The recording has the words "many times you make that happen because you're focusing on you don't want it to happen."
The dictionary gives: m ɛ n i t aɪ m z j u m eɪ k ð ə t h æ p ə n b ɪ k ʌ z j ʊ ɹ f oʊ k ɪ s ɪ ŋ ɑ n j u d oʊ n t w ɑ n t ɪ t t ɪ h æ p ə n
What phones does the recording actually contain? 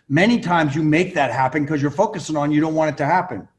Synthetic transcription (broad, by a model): m ɛ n i t aɪ m z j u m eɪ k ð ə t h æ p ə n k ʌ z j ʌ ɹ f oʊ k ɪ s ɪ ŋ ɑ n j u d oʊ n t w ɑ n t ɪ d t ɪ h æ p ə n